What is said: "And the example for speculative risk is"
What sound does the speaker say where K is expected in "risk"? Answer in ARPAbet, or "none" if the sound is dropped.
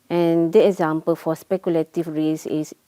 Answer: none